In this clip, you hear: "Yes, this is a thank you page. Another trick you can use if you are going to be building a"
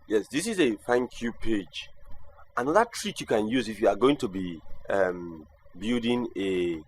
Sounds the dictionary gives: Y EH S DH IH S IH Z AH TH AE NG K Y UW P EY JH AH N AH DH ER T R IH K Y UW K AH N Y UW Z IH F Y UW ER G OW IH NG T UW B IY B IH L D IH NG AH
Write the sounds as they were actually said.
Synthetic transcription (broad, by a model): Y EH S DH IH S IH Z AH F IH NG K Y UW P EY JH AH N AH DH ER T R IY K Y UW K AH N Y UW Z IH F Y UW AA G OW IH NG T UW B IY B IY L D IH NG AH